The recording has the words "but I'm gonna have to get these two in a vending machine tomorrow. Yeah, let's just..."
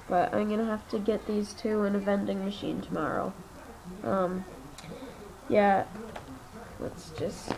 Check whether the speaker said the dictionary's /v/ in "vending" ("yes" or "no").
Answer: yes